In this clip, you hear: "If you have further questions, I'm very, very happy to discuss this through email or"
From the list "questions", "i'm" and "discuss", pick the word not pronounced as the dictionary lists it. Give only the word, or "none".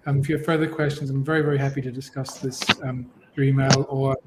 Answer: none